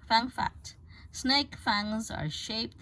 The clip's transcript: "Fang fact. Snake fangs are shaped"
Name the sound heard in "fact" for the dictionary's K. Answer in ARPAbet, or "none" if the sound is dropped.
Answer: none